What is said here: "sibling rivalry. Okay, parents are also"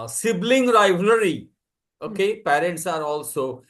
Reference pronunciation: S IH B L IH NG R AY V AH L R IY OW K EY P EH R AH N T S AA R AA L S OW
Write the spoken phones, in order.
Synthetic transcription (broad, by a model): S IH B L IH NG R AY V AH R IY OW K EY P EH R AH N T S AA R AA L S OW